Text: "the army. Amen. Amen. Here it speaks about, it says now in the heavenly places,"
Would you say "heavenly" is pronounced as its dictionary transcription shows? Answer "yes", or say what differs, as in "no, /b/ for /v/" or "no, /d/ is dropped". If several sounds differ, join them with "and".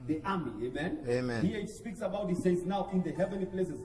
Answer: yes